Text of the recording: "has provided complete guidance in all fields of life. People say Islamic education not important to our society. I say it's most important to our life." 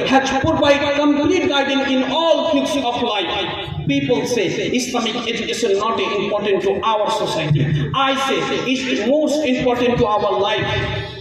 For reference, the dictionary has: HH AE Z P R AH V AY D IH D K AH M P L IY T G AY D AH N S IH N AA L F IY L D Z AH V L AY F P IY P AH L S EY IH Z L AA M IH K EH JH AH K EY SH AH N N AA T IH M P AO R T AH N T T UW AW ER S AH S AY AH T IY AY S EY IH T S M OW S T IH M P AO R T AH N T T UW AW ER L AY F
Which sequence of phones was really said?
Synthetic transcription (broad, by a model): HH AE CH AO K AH P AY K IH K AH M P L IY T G AY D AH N IH N AA L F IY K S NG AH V L AY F P IY P AH L S EY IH S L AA M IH K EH JH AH K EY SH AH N N AA T IH M P AO R T AH N T T UW AW ER S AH S AY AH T IY AY S EY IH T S M OW S T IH M P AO R T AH N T T UW AW ER L AY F